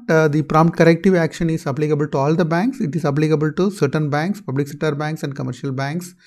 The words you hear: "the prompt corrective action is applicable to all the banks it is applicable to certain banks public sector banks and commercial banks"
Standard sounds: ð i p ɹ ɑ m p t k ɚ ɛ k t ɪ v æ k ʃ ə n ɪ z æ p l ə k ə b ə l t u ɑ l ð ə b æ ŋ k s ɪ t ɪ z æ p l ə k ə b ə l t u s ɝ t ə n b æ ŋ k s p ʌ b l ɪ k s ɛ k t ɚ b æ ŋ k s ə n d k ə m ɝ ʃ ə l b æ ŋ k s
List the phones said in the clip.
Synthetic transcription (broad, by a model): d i p ɹ ɑ m p t k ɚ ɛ k t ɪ v æ k ʃ ə n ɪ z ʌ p l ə k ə b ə l t u ɑ l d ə b æ ŋ k s ɪ t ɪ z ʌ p l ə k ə b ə l t u s ɝ t ə n b æ ŋ k s p ʌ b l ɪ k s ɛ t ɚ b æ ŋ k s ə n d k ə m ɝ ʃ ə l b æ ŋ k s